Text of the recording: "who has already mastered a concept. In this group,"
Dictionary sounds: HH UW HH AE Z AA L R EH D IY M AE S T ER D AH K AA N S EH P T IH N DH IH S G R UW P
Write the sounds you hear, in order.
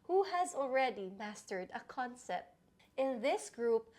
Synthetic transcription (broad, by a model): HH UW HH AE Z AA L R EH D IY M AE S T ER D AH K AA N S EH P T IH N DH IH S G R UW P